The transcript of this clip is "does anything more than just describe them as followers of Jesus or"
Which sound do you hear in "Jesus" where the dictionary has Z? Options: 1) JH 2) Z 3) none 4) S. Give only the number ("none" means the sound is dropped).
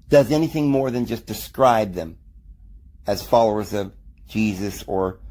2